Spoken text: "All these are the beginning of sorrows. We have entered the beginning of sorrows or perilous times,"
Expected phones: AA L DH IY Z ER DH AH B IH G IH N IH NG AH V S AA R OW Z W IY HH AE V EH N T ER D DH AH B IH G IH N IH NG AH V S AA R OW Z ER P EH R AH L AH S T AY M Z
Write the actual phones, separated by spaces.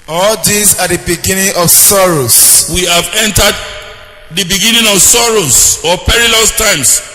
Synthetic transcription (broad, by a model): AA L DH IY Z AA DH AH B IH G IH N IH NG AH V S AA R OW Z W IY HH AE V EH N T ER D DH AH B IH G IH N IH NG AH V S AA R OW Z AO P EH R AH L AH S T AY M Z